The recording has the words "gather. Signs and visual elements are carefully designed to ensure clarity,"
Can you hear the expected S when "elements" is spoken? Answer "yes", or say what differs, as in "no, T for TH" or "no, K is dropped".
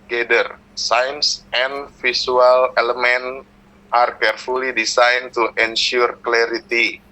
no, S is dropped